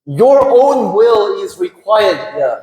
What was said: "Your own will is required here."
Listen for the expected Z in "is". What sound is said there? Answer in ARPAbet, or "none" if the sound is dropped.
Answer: Z